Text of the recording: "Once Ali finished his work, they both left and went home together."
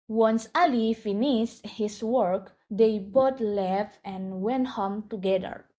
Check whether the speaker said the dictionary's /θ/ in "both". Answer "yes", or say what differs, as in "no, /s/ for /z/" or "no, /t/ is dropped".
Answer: no, /t/ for /θ/